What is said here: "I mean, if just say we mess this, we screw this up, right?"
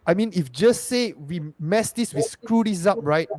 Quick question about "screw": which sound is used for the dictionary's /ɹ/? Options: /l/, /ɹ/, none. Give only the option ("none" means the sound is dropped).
/ɹ/